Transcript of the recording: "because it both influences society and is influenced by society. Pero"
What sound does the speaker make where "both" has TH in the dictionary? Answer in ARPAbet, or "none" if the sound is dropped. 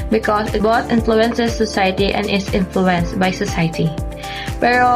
T